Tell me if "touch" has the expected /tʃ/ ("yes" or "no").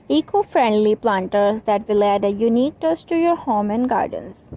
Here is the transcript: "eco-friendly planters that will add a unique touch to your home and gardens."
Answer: no